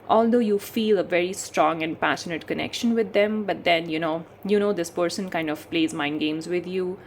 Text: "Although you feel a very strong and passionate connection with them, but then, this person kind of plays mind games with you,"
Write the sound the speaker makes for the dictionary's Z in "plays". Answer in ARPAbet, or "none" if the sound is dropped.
Z